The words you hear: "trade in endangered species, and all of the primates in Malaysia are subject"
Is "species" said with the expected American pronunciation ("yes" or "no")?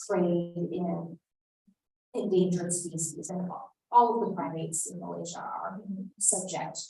no